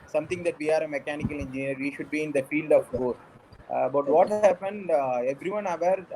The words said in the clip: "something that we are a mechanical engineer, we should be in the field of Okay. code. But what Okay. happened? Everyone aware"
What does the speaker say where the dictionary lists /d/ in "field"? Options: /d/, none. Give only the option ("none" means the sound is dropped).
/d/